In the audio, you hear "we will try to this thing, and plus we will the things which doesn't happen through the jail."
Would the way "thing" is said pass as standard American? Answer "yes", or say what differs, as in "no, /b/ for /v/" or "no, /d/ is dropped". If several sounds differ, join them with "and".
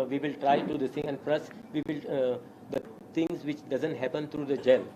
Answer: no, /t/ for /θ/